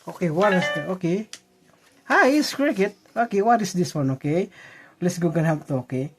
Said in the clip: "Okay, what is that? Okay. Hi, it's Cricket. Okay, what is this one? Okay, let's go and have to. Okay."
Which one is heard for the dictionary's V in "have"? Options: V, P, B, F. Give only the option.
P